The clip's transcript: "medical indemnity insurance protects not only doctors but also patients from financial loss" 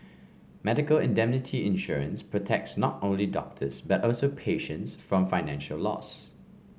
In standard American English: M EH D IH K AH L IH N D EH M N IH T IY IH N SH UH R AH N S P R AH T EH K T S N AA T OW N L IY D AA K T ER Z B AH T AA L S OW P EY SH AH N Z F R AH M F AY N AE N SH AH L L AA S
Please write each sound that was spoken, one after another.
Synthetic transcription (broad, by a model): M EH D IH K AH L IH N D EH M N IH T IY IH N SH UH R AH N S P R AH T EH K T S N AA T OW N L IY D AA K T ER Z B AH T AA L S OW P EY SH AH N S F R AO M F AY N AE N SH AH L L AA S